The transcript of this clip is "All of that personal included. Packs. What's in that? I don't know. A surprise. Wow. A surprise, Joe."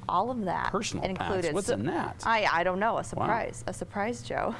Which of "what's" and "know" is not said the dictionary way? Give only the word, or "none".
what's